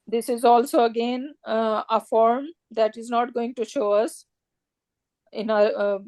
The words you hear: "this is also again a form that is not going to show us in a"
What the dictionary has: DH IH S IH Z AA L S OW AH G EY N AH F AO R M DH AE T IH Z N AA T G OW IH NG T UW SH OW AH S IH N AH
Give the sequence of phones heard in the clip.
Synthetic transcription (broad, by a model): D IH S IH Z AA L S OW AH G EY N AH F AO R M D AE T IH Z N AA T G OW IH NG T UW SH OW AH S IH N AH